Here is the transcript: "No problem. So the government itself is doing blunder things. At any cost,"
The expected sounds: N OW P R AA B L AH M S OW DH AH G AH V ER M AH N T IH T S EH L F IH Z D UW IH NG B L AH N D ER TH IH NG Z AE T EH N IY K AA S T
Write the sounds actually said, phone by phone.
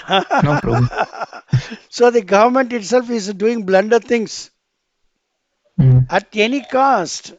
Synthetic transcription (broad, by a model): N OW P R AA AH S OW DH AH G AH V ER M AH N T IH T S EH L F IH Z D UW IH NG B L AH N D ER T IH NG S AE T EH N IY K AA S T